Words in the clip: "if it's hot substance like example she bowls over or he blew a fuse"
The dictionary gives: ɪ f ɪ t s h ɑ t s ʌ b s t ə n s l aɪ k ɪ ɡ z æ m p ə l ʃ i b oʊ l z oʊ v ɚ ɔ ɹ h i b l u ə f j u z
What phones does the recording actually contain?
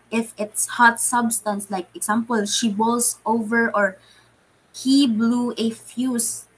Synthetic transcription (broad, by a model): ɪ f ɪ t s h ɑ t s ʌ b s t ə n s l aɪ k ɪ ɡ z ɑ m p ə l ʃ i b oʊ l s oʊ v ɚ ɔ ɹ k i b l u ə f j u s